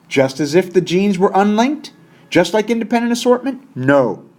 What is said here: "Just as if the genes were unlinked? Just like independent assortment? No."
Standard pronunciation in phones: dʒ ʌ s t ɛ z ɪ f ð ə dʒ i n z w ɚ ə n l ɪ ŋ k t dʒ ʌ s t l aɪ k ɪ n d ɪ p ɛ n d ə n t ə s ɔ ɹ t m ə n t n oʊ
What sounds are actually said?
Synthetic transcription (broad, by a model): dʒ ʌ s t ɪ z ɪ f ð ə dʒ i n z w ɚ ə n l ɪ ŋ k t dʒ ʌ s t l aɪ k ɪ n d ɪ p ɛ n d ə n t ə s ɔ ɹ t m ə n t n oʊ